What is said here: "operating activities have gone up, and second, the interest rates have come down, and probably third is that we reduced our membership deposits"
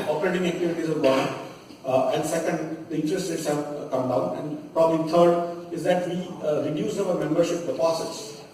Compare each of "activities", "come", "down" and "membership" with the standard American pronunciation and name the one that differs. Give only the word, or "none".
none